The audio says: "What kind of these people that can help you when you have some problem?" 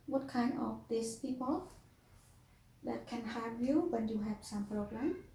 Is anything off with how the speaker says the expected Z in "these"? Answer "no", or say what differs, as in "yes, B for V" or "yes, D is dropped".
yes, S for Z